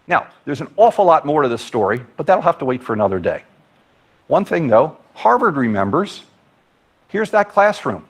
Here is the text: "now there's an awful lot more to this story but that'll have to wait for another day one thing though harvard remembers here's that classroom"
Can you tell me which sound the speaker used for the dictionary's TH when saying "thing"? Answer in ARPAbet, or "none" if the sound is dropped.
TH